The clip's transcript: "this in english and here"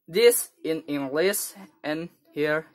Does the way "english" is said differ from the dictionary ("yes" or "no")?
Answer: yes